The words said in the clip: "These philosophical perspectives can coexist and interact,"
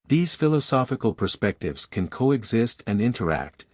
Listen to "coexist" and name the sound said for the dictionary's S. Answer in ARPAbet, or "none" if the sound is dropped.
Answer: S